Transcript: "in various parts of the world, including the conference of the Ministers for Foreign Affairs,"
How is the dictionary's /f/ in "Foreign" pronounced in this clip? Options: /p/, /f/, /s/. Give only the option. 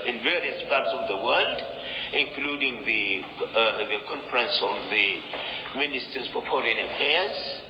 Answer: /p/